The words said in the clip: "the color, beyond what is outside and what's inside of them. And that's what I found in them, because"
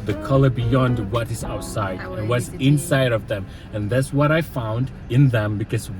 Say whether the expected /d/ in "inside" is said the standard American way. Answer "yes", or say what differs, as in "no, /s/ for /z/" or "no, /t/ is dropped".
yes